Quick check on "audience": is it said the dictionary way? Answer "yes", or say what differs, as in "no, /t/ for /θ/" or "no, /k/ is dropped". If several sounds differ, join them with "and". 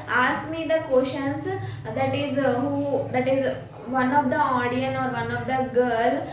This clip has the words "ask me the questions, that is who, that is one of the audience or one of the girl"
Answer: no, /s/ is dropped